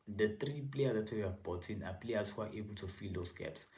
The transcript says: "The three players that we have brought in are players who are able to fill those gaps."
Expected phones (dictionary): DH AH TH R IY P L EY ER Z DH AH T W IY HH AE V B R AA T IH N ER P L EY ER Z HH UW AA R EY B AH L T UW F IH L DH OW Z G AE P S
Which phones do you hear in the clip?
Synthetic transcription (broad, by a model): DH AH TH R IY P L EY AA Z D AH T W IY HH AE V B AA T IH N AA P L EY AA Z HH UW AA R EY B AH L T UW F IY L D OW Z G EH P S